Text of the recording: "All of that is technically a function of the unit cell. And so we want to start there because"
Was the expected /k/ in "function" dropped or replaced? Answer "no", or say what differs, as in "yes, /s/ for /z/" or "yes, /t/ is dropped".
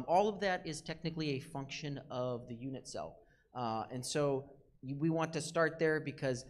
no